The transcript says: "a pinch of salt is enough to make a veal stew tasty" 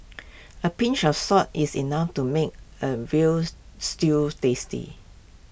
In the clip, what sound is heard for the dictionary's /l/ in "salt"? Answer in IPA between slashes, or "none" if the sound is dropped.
none